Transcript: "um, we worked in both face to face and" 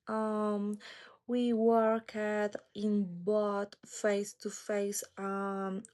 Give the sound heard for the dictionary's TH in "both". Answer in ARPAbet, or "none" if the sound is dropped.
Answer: T